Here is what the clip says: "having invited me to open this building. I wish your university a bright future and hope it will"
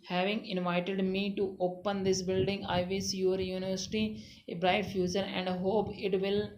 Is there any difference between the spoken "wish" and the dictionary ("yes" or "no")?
yes